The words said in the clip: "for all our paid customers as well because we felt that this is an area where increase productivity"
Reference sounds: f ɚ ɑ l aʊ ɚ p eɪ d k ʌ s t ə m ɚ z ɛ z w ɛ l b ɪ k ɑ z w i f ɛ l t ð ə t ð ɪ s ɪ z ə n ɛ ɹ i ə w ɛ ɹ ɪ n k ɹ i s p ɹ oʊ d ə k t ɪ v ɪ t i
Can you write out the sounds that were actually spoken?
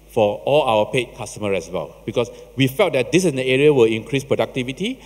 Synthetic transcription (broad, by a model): f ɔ ɑ l aʊ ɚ p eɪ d k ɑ s t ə m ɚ ɛ s w ɛ l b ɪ k ɑ s w i f ɛ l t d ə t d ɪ s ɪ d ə ɛ ɹ i ə w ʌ l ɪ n k ɹ i s p ɹ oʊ d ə k t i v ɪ t i